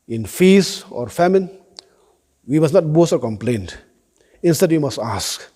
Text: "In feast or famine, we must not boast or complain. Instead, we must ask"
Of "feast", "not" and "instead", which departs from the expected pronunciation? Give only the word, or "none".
feast